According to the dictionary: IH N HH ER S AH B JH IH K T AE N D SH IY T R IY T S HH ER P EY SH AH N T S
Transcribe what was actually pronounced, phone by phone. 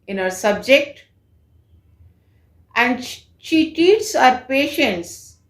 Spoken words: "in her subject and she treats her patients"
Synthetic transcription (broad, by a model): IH N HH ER S AH B JH IH K T AE N D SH IY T IY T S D P EY SH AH N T S